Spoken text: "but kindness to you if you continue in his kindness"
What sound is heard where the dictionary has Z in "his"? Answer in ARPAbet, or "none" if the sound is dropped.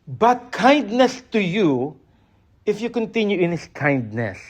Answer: S